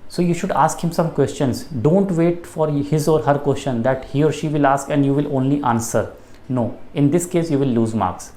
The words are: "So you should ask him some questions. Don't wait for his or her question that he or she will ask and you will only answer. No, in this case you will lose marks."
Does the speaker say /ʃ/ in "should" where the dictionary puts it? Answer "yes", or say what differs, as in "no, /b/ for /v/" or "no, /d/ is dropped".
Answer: yes